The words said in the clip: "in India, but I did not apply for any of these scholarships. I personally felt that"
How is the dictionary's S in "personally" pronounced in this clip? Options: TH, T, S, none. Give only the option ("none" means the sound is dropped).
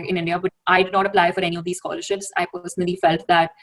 S